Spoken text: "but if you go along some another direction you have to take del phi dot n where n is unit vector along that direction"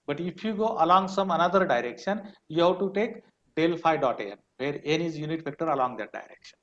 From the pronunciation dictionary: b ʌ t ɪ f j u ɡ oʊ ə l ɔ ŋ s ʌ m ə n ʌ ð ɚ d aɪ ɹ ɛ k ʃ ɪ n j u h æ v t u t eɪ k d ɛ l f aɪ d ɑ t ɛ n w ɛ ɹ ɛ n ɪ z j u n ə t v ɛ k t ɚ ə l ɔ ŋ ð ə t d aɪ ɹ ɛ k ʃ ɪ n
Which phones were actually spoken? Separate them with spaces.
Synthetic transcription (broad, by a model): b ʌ t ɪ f j u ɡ oʊ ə l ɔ ŋ s ʌ m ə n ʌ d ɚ d aɪ ɹ ɛ k ʃ ɪ n j u h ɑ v t u t eɪ k d ɛ l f aɪ d ɑ t ɛ n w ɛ ɹ ɛ n ɪ z j u n ə t p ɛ k t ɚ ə l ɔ ŋ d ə t d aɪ ɹ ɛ k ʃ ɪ n